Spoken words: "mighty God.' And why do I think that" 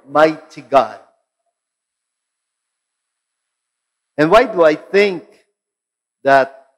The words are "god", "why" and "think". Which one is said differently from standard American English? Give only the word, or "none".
none